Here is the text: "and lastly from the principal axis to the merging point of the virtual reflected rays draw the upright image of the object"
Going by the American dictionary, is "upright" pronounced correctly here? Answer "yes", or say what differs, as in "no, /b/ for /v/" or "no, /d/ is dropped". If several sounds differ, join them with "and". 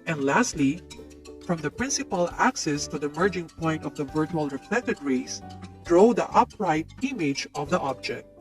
yes